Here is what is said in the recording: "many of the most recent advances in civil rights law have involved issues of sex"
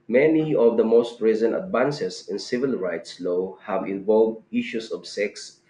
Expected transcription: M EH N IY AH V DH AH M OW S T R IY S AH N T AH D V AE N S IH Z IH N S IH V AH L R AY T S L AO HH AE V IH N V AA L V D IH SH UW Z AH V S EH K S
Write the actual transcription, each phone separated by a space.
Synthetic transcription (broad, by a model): M EH N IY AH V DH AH M OW S T R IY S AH N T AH D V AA N S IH S IH N S IH V AH L R AY T S L AO HH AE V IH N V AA L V D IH SH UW S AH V S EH K S